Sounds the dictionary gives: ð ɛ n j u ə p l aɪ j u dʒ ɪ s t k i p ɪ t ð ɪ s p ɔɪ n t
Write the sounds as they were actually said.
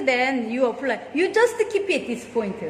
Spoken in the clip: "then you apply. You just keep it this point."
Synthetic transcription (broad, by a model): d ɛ n j u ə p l aɪ j u dʒ ɪ s t k i p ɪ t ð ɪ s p ɔɪ n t